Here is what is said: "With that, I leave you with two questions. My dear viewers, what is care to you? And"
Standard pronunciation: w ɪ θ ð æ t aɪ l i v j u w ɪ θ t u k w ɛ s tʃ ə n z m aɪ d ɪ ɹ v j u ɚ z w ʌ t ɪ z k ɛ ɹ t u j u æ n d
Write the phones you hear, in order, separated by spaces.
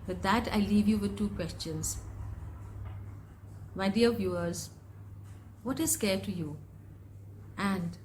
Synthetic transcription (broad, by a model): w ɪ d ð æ t aɪ l i v j u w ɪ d t u k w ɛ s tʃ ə n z m aɪ d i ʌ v j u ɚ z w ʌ t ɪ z k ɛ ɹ t u j u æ n d